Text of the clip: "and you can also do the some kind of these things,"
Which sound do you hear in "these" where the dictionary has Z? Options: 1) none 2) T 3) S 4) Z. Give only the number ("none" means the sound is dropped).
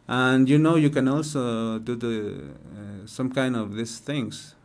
3